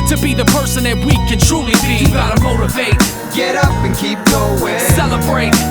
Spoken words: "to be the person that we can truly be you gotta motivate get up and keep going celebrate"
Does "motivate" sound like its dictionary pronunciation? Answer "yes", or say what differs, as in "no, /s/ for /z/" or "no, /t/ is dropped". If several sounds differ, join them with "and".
no, /f/ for /v/